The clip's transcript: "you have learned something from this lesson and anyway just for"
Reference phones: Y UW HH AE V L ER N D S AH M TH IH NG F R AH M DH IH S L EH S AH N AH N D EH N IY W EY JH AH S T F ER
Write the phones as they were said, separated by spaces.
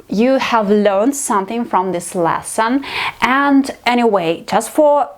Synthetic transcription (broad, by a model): Y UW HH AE V L ER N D S AH M TH IH NG F R AH M DH IH S L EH S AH N AH N D EH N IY W EY JH AH S T F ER